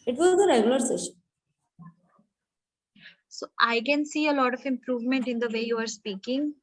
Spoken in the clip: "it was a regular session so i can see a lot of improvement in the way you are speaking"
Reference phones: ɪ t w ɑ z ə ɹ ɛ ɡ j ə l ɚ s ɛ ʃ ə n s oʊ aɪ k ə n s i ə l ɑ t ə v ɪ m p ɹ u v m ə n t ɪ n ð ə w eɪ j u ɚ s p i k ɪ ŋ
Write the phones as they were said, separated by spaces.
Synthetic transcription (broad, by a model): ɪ t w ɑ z ə ɹ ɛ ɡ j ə l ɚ s ɛ ʃ ə n s oʊ aɪ k ə n s i ə l ɑ t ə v ɪ m p ɹ u v m ə n t ɪ n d ə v eɪ j u ɚ s p i k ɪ ŋ